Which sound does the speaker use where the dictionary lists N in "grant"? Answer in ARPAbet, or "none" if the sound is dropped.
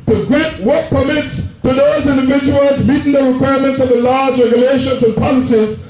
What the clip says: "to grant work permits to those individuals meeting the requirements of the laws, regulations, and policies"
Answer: none